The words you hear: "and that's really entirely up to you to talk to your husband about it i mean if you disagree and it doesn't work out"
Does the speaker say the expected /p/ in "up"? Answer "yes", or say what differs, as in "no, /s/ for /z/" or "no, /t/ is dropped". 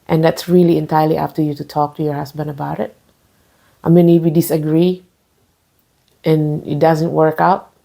no, /f/ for /p/